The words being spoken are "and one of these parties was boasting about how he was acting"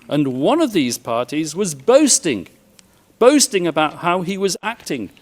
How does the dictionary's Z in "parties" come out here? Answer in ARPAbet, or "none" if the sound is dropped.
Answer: Z